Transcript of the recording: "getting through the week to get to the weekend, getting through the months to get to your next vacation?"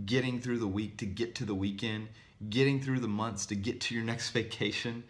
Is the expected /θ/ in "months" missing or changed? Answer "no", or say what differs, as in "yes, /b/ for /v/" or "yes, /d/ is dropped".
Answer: no